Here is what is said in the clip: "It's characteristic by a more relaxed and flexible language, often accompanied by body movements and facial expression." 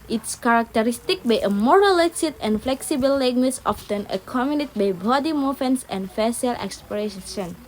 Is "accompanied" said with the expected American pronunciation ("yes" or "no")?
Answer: no